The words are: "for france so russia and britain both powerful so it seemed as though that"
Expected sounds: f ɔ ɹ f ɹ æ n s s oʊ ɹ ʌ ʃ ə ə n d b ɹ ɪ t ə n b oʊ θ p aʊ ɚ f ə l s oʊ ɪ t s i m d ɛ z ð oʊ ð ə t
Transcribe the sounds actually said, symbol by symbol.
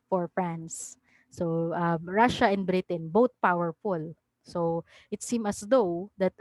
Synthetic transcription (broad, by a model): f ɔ ɹ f ɹ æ n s s oʊ ɹ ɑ ʃ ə ə n d b ɹ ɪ t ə n b oʊ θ p aʊ ɚ f ə l s oʊ ɪ t s i m ʌ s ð oʊ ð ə t